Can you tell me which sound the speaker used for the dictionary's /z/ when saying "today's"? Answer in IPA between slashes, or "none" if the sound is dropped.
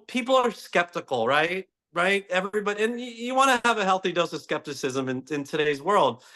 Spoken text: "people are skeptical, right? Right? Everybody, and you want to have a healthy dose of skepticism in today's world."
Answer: /z/